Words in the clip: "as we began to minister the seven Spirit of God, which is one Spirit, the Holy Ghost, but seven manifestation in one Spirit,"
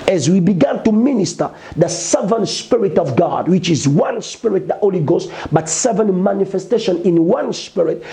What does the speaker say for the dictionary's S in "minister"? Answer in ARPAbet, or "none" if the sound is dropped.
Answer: S